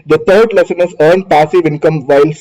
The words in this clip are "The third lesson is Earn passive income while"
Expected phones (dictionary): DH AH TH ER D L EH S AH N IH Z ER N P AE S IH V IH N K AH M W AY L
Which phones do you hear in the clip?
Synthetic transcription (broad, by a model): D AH T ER D L EH S AH N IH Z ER N P AE S IH V IH N K AH M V AY L